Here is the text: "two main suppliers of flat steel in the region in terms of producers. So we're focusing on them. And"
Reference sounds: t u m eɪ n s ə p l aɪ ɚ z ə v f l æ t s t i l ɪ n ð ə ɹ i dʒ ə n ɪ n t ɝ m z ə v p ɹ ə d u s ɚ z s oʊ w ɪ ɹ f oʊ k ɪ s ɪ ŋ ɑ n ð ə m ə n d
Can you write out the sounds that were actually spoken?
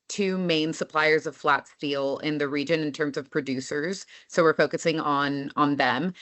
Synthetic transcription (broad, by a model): t u m eɪ n s ə p l aɪ ɚ z ə v f l æ t s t i l ɪ n ð ə ɹ i dʒ ə n ɪ n t ɝ m z ə v p ɹ ə d u s ɚ z s oʊ w ɪ ɹ f oʊ k ɪ s ɪ ŋ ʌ n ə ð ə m